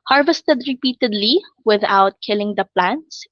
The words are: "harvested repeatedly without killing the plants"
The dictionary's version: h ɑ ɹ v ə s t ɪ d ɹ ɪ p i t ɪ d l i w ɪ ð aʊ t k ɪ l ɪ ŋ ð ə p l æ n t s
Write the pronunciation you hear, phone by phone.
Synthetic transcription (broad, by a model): h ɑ ɹ v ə s t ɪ d ɹ ɪ p i t ɪ d l i w ɪ ð aʊ t k ɪ l ɪ ŋ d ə p l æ n t s